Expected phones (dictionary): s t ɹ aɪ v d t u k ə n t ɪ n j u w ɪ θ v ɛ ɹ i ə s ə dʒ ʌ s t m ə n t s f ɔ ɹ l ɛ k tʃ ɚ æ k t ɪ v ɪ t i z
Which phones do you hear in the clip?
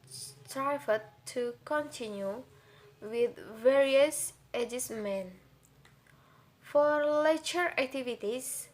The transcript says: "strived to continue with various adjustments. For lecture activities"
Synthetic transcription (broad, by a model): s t ɹ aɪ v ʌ t u k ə n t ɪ n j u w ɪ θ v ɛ ɹ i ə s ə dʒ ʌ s m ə n f ɔ ɹ l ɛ tʃ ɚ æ k t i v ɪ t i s